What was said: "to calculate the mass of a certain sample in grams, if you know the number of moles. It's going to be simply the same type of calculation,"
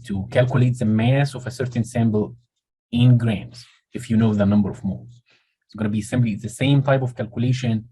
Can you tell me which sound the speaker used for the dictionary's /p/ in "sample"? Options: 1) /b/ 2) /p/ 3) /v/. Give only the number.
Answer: 1